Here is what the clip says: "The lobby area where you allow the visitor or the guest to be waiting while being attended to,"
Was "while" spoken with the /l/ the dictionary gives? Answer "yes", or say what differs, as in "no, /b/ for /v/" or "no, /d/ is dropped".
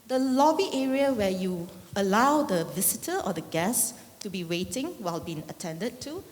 yes